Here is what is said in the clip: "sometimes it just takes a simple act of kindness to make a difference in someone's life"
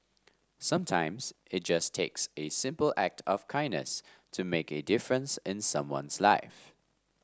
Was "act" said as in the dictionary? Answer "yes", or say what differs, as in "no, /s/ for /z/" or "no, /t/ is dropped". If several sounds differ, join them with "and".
yes